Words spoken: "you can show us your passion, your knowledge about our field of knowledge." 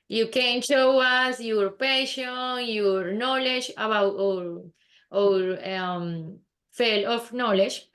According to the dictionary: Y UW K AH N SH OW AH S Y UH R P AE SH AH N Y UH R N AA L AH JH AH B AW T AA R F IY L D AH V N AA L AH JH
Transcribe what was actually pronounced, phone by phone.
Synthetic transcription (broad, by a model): Y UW K AH N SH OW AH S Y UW R P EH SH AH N Y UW R N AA L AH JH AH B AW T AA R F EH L AH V N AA L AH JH